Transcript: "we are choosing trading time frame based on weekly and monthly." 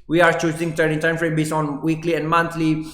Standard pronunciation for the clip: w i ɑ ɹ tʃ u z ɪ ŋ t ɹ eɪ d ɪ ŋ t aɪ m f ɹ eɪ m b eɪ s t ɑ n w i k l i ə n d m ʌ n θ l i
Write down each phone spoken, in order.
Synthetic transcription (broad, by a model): w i ɑ ɹ tʃ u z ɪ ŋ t eɪ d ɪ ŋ t aɪ m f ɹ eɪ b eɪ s ɑ n w i k l i ə n d m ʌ n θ l i